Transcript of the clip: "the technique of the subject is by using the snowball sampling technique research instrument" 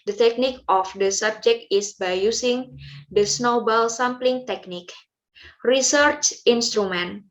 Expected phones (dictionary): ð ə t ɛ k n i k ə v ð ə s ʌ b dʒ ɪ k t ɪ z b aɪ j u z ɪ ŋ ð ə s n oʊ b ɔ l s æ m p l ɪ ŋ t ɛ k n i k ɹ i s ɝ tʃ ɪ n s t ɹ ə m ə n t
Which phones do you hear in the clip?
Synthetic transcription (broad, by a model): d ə t ɛ k n i k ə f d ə s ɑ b dʒ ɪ k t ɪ s b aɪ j u s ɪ ŋ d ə s n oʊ b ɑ l s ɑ m p l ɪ ŋ t ɛ k n i k ɹ i s ɝ tʃ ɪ n s t ɹ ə m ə n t